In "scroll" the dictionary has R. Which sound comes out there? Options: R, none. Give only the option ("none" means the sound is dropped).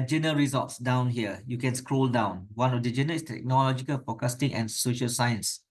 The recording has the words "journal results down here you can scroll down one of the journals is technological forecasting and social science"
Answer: R